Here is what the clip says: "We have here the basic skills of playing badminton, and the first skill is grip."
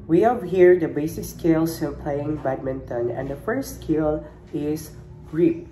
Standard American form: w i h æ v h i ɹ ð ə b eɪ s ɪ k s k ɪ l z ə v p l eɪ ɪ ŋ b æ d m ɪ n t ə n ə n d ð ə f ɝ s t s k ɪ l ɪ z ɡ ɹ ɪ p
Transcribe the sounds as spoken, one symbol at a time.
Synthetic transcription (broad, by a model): w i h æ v h i ɹ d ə b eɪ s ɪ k s k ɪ l s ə p l eɪ ɪ ŋ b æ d m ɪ n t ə n ə n d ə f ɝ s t s k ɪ l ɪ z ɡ ɹ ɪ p